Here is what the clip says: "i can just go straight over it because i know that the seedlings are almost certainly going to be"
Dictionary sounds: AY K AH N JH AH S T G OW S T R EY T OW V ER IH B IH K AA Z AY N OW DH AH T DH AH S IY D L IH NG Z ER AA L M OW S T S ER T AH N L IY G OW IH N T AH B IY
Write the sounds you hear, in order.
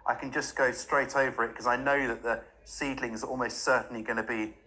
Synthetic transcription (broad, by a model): AY K AH N JH AH S G OW S T R EY T OW V ER IH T K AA Z AY N OW DH AH T DH AH S IY D L IH NG Z AA L M OW S T S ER T N L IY G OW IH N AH B IY